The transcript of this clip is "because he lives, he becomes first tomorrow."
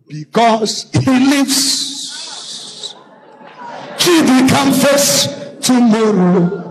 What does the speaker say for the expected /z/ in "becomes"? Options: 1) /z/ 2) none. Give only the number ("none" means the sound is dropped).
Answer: 2